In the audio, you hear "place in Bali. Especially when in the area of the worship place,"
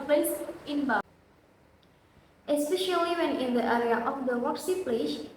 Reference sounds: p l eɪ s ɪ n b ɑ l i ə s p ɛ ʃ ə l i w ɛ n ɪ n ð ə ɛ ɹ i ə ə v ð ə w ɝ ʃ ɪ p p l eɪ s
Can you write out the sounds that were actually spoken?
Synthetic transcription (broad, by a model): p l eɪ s ɪ n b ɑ ə s p ɛ ʃ ə l i w ɛ n ɪ n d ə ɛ ɹ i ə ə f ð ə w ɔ s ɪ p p l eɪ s